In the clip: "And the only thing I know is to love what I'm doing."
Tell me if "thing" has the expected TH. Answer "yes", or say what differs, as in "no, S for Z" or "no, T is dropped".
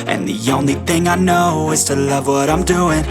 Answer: yes